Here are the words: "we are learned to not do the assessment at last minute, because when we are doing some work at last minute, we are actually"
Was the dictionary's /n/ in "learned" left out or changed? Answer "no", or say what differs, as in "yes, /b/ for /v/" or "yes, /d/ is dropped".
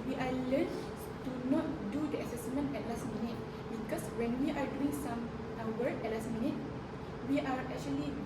yes, /l/ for /n/